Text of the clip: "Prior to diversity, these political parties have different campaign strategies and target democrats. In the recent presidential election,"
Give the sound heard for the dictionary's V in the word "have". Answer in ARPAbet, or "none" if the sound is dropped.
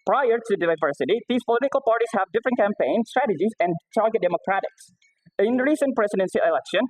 V